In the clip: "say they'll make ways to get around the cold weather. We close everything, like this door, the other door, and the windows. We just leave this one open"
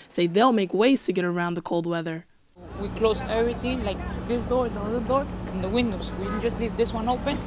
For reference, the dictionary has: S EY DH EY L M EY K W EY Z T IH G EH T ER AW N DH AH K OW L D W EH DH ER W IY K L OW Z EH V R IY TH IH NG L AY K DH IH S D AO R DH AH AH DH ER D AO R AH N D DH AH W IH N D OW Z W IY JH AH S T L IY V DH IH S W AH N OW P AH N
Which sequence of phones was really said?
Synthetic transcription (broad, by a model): S EY DH EY L M EY K W EY Z T IH G EH T ER AW N DH AH K OW L D W EH DH ER W IY K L OW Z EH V R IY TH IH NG L AY K DH IH S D AO R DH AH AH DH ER D AO R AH N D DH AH W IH N D OW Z W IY JH AH S T L IY V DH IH S W AH N OW P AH N